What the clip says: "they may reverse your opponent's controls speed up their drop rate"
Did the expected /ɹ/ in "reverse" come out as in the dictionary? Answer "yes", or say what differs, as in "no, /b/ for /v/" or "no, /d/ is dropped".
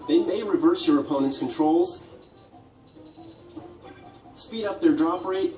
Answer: yes